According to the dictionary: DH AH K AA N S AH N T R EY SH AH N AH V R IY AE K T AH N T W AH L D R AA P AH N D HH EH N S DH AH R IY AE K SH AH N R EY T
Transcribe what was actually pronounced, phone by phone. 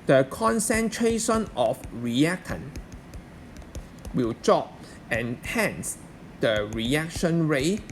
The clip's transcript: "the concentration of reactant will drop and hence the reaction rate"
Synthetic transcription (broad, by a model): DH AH K AA N S AH N T R EY SH AH N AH F R IY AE K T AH N W AH L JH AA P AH N HH EH N S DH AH R IY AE K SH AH N R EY